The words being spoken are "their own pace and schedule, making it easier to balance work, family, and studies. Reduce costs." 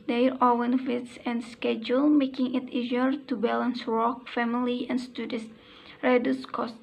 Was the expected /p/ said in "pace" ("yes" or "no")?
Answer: no